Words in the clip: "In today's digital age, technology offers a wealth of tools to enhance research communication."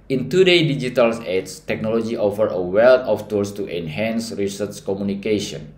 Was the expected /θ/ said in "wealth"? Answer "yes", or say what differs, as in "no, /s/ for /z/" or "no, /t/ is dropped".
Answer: no, /t/ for /θ/